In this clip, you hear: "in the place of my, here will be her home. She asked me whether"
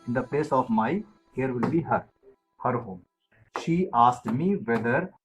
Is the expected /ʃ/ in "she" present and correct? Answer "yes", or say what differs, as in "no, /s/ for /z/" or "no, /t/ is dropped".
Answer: yes